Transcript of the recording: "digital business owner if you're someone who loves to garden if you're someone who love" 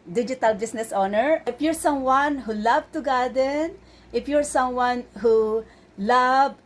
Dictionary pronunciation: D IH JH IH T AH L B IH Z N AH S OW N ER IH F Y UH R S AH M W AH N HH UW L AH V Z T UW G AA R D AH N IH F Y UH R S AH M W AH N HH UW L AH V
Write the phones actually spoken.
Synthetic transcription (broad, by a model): D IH JH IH T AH L B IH S N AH S OW N ER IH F Y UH R S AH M W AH N HH UW L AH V T UW G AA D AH N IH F Y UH R S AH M W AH N HH UW L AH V